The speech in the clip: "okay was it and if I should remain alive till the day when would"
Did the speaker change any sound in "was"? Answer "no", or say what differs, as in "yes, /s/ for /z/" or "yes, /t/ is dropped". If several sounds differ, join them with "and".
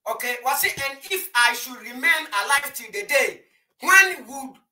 yes, /s/ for /z/